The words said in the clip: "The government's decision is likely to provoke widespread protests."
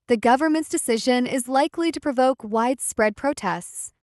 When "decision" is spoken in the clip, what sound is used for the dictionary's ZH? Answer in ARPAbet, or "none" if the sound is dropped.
ZH